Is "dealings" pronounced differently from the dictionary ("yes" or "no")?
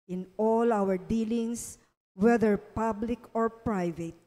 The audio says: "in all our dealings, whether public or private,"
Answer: yes